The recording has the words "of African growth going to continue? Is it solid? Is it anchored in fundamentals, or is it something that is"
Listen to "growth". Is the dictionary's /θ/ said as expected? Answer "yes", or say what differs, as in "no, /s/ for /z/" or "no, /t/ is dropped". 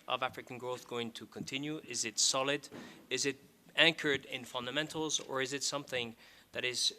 yes